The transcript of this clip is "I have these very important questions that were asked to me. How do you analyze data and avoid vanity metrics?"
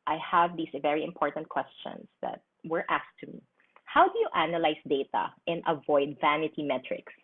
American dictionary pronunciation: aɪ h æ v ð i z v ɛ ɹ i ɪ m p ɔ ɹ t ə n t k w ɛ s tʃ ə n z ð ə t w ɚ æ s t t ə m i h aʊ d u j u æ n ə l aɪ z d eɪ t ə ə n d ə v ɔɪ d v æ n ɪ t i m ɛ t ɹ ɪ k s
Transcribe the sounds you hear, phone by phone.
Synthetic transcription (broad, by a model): aɪ h æ v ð i s v ɛ ɹ i ɪ m p ɔ ɹ t ə n t k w ɛ s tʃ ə n s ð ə t w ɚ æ s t t ə m i h aʊ d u j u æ n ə l aɪ s d eɪ t ə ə n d ə v ɔɪ d v æ n ɪ t i m ɛ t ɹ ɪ k s